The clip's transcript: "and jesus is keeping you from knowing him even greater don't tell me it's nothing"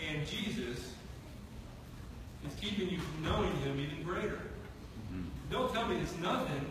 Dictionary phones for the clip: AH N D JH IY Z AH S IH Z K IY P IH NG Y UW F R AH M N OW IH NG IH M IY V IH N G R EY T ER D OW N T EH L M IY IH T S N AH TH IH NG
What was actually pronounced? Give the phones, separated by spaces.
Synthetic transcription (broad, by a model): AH N JH IY Z AH S IH Z K IY P IH NG Y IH F R AH M N OW IH NG IH M IY V IH N G R EY T ER D OW N T EH L M IY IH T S N AH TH IH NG